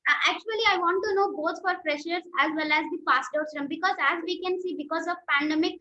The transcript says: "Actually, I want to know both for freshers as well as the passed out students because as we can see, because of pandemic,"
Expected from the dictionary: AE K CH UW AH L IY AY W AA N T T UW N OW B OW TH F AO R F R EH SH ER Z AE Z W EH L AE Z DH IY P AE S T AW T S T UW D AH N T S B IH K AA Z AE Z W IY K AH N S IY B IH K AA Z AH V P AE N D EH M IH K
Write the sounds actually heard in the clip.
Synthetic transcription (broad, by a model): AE K CH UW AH L IY AY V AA N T T UW N OW B OW T F AO R P R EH SH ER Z AE Z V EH L AE Z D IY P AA S T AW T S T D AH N B IH K AA Z AE Z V IY K AH N S IY B IH K AA Z AH V P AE N D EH M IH K